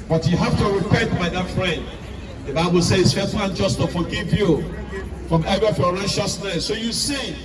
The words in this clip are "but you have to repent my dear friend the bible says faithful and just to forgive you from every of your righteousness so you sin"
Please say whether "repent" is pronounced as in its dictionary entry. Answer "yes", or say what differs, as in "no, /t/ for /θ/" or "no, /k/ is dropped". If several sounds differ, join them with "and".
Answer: no, /n/ is dropped